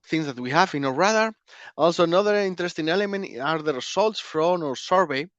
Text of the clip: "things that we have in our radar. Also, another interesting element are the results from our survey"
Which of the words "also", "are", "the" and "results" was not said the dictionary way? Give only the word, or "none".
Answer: results